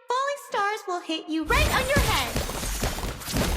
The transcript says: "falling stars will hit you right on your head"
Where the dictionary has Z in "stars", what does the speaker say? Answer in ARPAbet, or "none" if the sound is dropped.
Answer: Z